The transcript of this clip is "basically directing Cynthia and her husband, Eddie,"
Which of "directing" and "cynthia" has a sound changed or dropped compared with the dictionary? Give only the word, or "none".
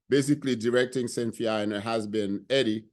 cynthia